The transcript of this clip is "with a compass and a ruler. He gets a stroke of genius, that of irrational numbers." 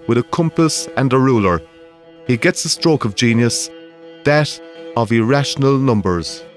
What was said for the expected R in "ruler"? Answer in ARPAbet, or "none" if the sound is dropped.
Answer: R